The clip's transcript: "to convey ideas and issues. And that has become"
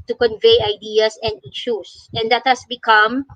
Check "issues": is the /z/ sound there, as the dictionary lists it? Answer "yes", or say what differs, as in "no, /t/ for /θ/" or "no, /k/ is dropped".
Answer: no, /s/ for /z/